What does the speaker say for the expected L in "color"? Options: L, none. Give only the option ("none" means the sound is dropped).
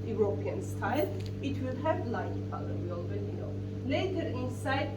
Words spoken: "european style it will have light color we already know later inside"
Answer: none